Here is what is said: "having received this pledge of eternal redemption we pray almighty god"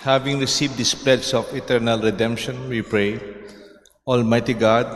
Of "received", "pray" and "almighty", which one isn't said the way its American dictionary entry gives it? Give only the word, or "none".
none